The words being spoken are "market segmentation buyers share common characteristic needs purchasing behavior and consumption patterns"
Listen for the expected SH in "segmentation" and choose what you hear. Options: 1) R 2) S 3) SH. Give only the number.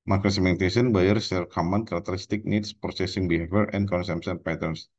2